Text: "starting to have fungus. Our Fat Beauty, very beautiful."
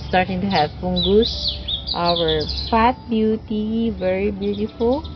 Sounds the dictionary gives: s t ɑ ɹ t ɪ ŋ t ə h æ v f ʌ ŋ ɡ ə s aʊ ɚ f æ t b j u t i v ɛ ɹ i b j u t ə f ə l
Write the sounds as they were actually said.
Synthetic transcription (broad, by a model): s t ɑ ɹ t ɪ ŋ t ə h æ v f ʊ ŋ ɡ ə s aʊ ɚ f æ t b j u t i v ɛ ɹ i b j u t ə f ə l